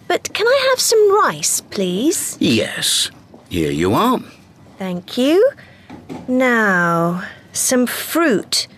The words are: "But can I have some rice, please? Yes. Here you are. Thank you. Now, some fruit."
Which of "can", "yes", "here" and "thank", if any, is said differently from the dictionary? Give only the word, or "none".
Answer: none